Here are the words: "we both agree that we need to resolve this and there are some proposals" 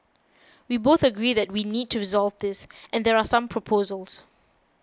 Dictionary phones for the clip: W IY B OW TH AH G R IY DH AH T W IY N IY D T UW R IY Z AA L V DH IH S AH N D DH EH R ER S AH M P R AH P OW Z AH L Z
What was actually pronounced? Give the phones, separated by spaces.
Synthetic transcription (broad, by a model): W IY B OW TH AH G R IY DH AH T W IY N IY D T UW R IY Z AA L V DH IH S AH N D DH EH R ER S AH M P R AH P OW Z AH L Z